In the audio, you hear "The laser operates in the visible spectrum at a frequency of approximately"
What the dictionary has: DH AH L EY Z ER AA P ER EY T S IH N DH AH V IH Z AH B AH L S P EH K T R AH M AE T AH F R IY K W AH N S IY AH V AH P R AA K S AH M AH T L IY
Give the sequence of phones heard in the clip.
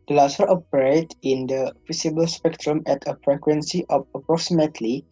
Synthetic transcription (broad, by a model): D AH L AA S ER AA P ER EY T IH N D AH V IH S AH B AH L S P EH K T R AH M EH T AH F R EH K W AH N S IY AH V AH P R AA K S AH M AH T L IY